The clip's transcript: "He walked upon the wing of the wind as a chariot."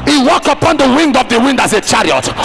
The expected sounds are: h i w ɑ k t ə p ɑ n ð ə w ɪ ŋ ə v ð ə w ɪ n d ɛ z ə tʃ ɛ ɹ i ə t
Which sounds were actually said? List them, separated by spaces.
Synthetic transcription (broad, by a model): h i w ɑ k t ə p ɑ n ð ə w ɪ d ə v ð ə w ɪ n d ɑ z ə tʃ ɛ ɹ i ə t